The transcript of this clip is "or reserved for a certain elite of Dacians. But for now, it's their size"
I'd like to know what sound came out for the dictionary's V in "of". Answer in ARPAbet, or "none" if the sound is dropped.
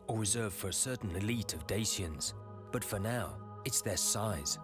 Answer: V